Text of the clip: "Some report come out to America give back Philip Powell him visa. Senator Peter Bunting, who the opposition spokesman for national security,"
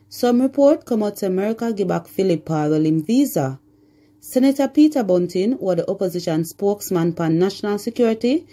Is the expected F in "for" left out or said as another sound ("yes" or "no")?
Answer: yes